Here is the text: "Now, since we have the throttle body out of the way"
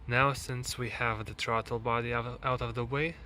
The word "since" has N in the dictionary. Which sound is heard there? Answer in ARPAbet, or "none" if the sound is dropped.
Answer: N